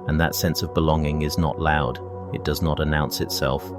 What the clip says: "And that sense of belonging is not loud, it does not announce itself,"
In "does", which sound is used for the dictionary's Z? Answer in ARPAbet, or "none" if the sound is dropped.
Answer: Z